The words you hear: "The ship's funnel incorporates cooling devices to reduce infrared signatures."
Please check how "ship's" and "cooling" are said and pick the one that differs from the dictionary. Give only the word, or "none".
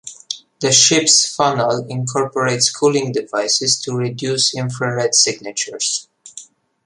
none